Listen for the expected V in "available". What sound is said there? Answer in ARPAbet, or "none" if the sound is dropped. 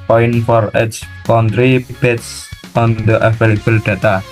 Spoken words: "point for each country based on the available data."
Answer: F